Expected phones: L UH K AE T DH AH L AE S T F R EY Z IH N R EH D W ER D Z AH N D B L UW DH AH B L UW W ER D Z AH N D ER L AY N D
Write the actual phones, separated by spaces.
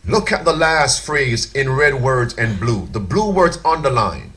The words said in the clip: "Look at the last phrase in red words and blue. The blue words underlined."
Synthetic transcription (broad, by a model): L UH K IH T DH AH L AE S T F R EY Z IH N R EH D W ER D AH N B L UW DH AH B L UW W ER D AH N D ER L AY N